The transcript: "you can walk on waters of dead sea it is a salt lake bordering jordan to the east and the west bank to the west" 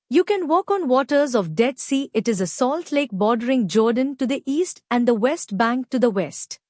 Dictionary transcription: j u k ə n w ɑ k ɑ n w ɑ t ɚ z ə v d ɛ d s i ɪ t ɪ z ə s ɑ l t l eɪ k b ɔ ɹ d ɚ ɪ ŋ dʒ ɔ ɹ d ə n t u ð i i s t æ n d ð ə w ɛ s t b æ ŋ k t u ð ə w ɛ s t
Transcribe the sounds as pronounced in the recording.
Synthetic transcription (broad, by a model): j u k ə n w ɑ k ɑ n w ɑ t ɚ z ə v d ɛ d s i ɪ t ɪ z ə s ɑ l t l eɪ k b ɔ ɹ d ɚ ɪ ŋ dʒ ɔ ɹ d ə n t u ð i i s t æ n d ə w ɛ s t b æ ŋ k t u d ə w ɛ s t